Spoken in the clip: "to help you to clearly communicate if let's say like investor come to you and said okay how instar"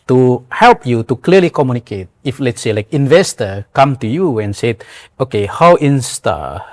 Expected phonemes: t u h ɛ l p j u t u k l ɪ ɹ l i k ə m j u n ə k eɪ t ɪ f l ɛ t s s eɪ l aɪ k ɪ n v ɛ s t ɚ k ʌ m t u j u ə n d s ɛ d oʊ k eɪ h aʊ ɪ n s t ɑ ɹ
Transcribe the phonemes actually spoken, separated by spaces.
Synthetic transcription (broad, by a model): t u h ɛ l p j u t u k l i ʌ l i k ə m j u n ə k eɪ t ɪ f l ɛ t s s eɪ l aɪ k ɪ n v ɛ s t ɚ k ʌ m t u j u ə n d s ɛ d oʊ k eɪ h aʊ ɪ n s t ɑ